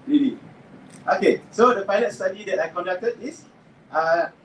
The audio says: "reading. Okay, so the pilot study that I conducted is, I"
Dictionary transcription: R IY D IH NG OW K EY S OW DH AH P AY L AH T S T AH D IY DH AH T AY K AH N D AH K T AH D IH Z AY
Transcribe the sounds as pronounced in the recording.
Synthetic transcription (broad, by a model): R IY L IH OW K EY S OW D AH F AY N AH S T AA D IY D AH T AY K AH N D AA K T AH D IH S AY